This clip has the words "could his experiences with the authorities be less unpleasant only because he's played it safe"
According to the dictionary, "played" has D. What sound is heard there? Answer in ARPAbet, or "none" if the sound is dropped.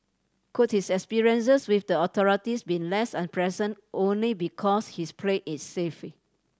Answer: none